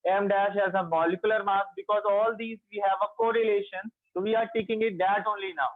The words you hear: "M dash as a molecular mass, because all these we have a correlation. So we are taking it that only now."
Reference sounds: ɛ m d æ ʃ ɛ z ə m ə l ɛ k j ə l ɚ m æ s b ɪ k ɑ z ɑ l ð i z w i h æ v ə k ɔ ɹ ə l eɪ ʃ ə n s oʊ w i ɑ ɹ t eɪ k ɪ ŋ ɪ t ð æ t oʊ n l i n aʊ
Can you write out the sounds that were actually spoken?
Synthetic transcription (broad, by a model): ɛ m d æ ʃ ɛ z ə m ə l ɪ k j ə l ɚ m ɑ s b ɪ k ɑ z ɑ l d i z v i h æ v ə k ɔ ɹ ə l eɪ ʃ ə n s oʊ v i ɑ ɹ t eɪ k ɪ ŋ ɪ t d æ t oʊ n l i n aʊ